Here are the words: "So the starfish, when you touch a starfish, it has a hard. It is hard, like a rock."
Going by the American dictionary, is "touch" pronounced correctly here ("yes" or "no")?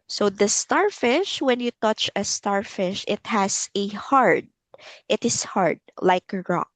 yes